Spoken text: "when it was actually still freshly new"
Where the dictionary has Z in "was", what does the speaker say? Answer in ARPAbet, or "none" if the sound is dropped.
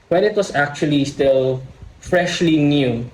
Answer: S